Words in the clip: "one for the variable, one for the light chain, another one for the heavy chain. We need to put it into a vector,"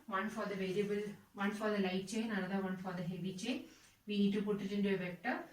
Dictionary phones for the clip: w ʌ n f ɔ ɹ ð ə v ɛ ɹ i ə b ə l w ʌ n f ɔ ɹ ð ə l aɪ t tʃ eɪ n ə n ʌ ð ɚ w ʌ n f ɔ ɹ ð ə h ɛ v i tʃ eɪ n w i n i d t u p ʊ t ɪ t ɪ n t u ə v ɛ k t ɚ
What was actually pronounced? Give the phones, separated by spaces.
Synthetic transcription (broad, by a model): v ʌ n f ɔ ɹ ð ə v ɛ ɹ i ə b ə l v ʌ n f ɔ ɹ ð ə l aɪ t tʃ eɪ n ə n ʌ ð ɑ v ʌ n f ɔ ɹ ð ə h ɛ v i tʃ eɪ n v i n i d t u p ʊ t ɪ t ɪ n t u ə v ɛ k t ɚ